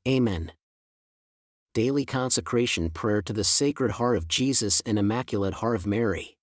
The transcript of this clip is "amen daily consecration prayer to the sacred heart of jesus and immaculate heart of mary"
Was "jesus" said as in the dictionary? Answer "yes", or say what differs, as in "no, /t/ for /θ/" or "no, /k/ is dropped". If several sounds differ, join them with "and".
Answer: yes